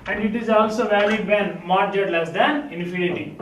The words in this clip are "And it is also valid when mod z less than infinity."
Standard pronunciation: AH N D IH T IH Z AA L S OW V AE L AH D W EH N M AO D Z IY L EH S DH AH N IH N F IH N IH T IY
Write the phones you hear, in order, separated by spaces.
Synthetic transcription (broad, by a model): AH N D IH T IH Z AA L S OW V AE L AH D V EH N M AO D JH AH L EH S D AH N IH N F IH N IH T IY